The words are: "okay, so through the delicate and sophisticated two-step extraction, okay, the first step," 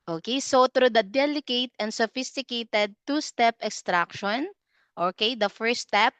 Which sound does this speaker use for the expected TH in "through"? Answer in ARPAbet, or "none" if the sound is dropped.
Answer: T